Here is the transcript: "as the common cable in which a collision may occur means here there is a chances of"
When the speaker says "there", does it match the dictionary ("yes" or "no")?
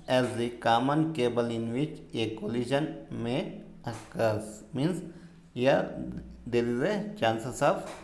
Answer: no